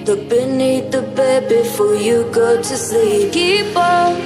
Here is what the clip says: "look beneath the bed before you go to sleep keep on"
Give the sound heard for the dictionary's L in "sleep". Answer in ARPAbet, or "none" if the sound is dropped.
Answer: none